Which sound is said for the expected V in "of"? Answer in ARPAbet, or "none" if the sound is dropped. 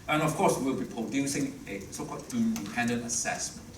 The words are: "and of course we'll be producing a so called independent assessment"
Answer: F